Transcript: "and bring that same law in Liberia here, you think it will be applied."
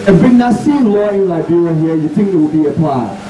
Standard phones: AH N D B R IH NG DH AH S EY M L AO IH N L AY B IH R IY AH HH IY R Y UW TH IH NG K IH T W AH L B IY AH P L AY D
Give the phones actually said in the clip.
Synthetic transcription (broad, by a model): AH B IH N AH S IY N L AO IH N L AY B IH R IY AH HH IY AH Y UW TH IH NG K IH T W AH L B IY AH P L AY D